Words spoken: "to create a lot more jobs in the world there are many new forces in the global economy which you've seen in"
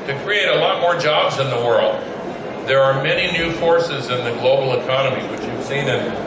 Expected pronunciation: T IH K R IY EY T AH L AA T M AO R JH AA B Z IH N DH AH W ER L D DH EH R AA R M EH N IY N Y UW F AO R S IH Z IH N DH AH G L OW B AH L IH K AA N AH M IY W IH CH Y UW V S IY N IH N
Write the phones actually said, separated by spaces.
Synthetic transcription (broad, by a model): T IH K R IY EY T AH L AA T M AO R JH AA B Z IH N DH AH W ER L D DH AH R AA R M EH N IY N Y UW F AO R S IH Z IH N DH AH G L OW B L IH K AA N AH M IY W IH CH Y UW V S IY N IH N